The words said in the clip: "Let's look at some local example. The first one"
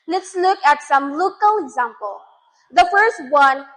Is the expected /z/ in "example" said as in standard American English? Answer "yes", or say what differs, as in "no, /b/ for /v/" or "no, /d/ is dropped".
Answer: yes